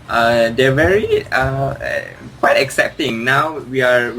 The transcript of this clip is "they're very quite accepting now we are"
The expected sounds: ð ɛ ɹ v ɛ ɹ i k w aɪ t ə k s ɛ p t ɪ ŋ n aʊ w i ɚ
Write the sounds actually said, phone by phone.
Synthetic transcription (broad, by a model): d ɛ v ɛ ɹ i k w aɪ t ə k s ɛ p t ɪ ŋ n aʊ w i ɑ